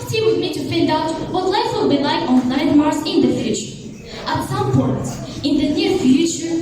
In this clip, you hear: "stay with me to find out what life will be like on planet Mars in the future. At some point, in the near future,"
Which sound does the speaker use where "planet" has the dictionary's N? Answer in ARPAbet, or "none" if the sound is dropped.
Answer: none